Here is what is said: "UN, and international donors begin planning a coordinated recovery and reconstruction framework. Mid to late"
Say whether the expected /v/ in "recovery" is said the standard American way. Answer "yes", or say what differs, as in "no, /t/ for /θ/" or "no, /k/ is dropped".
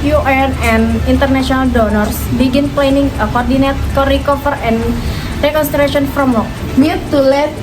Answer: no, /f/ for /v/